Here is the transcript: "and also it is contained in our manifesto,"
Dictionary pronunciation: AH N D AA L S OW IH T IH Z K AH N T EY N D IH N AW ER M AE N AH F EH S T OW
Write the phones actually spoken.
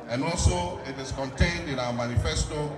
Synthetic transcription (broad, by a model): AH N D AA L S OW IH T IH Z K AH N T EY N D IH N AW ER M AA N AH F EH S T OW